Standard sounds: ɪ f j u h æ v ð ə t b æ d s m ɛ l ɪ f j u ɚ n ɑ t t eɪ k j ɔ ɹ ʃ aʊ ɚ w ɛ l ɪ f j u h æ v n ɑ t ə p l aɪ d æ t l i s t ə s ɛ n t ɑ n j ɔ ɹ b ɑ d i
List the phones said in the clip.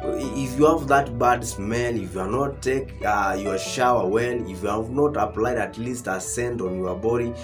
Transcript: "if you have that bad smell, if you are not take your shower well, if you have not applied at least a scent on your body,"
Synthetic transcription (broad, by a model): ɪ f j u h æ v ð ə t b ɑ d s m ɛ n ɪ f j u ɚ n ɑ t t eɪ k j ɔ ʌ ʃ aʊ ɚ w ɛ n ɪ f j u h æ v n ɑ t ə p l aɪ d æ t l i s t ə s ɛ n t ɑ n j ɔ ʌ b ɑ d i